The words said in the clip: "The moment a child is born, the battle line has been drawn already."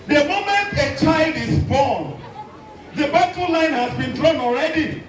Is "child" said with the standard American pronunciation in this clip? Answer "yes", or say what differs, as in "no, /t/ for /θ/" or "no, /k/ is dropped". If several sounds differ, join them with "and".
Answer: yes